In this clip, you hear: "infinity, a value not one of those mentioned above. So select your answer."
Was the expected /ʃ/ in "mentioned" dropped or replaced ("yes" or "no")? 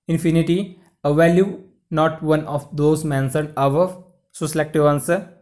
yes